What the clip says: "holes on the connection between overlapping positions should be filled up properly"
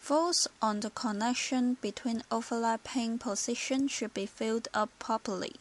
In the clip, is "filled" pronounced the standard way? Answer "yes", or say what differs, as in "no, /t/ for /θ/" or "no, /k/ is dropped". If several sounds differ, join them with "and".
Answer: yes